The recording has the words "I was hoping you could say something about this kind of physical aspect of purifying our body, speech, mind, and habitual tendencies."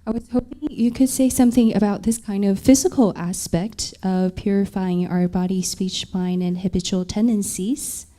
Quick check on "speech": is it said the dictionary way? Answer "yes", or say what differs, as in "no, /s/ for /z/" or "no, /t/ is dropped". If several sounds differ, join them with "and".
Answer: yes